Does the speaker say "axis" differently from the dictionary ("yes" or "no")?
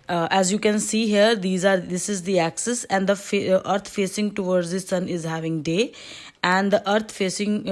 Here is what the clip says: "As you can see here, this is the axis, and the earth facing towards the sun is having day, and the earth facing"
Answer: no